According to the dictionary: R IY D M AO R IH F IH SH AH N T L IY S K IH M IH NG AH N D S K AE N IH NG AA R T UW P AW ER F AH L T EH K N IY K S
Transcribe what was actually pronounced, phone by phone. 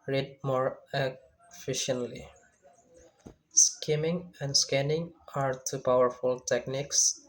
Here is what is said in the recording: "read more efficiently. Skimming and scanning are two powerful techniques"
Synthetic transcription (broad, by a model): R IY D M AO R IH F IH SH AH N T L IY S K IH M IH NG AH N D S K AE N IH NG AA R T UW P AW ER F AH L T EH K N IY K S